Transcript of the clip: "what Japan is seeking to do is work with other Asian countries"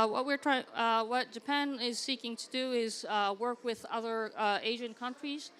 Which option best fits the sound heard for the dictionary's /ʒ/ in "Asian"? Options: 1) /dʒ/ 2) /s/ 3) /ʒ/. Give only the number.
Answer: 3